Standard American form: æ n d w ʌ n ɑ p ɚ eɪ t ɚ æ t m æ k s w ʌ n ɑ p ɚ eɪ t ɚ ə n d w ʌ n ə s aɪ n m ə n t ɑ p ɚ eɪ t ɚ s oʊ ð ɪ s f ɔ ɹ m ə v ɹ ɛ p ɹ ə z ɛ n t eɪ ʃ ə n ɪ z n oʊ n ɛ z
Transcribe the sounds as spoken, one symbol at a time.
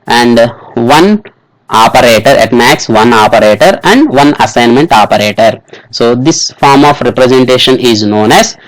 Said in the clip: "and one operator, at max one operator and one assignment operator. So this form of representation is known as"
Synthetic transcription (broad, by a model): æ n d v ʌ n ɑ p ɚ eɪ t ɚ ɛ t m æ k s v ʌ n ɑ p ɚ eɪ t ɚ ə n d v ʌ n ə s aɪ n m ə n t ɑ p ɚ eɪ t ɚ s oʊ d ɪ s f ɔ ɹ m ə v ɹ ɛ p ɹ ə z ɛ n t eɪ ʃ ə n ɪ z n oʊ n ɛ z